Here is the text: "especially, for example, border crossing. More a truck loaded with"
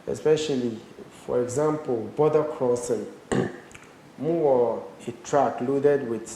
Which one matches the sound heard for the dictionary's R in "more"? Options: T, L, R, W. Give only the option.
W